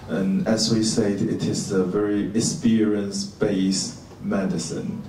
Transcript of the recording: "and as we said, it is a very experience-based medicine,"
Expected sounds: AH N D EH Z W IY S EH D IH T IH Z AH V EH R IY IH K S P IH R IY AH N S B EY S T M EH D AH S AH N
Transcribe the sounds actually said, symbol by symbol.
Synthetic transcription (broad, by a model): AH N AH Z W IY S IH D IH T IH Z AH V EH R IY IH S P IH R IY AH N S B EY S M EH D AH S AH N